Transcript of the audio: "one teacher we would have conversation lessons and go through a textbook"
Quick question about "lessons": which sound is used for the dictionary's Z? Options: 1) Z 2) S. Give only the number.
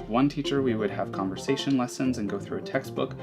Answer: 1